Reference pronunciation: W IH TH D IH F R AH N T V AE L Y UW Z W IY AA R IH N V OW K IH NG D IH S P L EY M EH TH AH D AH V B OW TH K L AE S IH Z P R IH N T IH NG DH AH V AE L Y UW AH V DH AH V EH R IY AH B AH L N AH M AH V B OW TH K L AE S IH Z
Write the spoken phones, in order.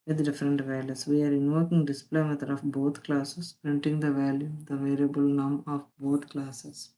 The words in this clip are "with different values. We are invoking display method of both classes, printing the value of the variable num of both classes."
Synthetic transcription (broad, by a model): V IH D D IH F R AH N T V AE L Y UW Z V IY AA R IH N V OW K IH NG D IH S P L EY M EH T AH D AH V B OW T K L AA S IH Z P R IH N T IH NG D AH V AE L Y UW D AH V EH R IY AH B AH L N AH M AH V B OW T K L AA S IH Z